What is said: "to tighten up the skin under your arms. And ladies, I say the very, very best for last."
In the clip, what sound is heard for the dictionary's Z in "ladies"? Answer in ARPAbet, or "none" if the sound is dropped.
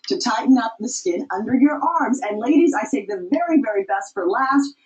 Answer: Z